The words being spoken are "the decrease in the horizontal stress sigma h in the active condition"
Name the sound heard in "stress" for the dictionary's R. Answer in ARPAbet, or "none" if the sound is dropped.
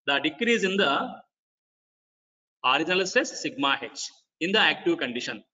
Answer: none